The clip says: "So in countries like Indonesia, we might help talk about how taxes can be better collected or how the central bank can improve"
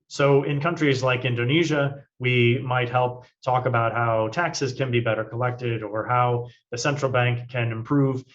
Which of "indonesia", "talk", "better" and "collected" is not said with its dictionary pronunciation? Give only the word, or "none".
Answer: none